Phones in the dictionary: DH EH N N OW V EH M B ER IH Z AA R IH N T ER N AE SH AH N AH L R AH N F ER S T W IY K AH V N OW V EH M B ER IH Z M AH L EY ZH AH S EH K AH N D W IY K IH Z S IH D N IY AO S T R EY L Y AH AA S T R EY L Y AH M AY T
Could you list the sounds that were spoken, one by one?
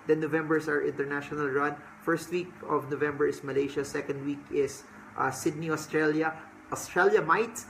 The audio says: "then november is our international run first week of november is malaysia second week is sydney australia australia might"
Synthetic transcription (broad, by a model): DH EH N N OW V EH M B ER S AA R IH N T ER N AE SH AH N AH L R AH N F ER S T W IY K AH V N OW V EH M B ER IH S M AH L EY SH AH S EH K AH N D W IY K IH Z S IH D N IY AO S T R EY L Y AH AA S T R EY L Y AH M AY T